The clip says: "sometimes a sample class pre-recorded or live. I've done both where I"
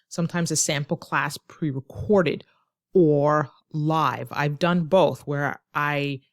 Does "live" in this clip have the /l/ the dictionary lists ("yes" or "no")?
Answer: yes